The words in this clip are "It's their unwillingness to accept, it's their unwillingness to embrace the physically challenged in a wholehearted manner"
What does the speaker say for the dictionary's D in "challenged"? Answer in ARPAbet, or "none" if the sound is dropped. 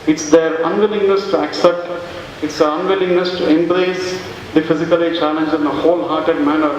none